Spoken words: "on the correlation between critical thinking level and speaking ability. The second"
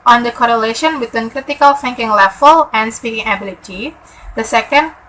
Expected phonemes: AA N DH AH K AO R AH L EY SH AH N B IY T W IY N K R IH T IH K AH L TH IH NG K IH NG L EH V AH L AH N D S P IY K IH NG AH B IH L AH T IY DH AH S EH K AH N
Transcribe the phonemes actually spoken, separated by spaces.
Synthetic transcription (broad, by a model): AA N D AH K AO R AH L EY SH AH N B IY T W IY N K R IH T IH K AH L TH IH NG K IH NG L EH F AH L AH N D S P IY K IH NG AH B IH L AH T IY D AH S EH K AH N